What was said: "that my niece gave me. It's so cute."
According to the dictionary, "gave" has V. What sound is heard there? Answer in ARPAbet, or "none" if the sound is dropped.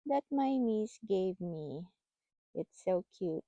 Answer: V